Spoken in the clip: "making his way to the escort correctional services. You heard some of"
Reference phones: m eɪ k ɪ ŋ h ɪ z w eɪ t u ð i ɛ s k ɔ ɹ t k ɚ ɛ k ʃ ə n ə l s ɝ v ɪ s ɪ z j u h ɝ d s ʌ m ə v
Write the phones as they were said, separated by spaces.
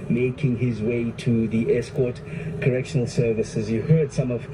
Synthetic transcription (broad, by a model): m eɪ k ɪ ŋ h ɪ z w eɪ t u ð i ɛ s k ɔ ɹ t k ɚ ɛ k ʃ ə n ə l s ɝ v ɪ s ɪ z j u h ɝ d s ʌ m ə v